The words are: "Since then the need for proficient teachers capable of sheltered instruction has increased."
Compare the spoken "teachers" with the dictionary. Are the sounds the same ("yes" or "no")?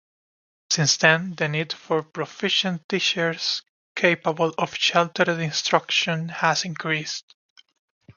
no